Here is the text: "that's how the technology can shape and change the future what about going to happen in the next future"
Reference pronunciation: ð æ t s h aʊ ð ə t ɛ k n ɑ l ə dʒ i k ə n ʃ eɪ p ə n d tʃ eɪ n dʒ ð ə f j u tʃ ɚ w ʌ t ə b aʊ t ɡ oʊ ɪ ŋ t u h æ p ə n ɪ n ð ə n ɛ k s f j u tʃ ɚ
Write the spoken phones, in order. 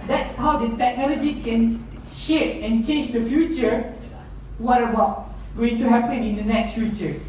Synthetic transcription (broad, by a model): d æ t s h aʊ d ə t ɛ k n ɑ l ə dʒ i k ə n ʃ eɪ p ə n tʃ eɪ n dʒ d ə f j u tʃ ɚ w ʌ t ə b aʊ t ɡ oʊ ɪ ŋ t u h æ p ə n ɪ n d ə n ɛ k s f j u tʃ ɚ